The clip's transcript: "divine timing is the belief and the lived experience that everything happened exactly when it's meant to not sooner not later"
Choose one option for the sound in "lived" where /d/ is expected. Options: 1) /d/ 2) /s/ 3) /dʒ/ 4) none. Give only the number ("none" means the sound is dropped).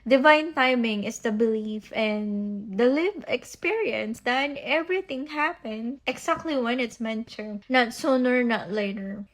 4